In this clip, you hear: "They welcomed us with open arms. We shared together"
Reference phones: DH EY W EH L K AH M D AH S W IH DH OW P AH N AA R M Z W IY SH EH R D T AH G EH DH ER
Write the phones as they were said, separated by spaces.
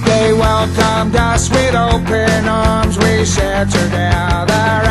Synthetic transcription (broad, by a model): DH EY W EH L K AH M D AH S W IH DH OW P AH N AA R M Z W IY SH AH R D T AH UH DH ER